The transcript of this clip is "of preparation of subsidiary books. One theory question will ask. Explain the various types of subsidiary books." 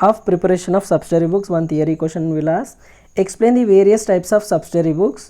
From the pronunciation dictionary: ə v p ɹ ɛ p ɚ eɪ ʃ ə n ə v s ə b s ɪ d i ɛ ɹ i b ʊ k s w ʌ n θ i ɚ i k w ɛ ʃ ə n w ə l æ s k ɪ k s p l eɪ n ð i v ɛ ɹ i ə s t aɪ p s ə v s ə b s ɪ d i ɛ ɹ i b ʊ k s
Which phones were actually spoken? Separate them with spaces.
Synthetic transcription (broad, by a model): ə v p ɹ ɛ p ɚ eɪ ʃ ə n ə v s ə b s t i ɹ i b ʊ k s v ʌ n t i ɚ i k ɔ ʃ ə n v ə l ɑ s ɪ k s p l eɪ n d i v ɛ ɹ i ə s t aɪ p s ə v s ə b s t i ɹ i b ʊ k s